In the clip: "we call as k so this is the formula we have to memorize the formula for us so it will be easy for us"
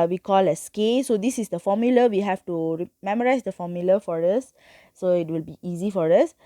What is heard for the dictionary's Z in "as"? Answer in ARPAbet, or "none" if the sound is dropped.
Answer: S